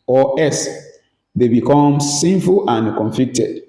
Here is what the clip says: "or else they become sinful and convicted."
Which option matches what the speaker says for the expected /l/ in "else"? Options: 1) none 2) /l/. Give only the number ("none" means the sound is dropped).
1